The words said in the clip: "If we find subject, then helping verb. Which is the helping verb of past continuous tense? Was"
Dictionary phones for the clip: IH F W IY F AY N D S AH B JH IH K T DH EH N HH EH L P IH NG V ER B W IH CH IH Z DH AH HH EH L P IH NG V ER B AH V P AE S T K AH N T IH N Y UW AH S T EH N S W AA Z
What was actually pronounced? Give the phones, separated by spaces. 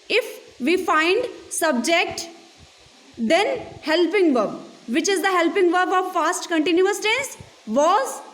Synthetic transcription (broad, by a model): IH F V IY F AY N D S AH B JH IH K T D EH N HH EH L P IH NG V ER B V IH CH IH Z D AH HH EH L P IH NG V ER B AH V F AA S T K AH N T IH N Y UW AH S T EH N S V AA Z